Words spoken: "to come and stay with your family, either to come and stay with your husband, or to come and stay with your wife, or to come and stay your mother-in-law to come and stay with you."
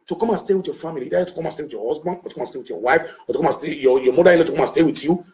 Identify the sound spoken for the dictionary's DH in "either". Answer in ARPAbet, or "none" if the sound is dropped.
none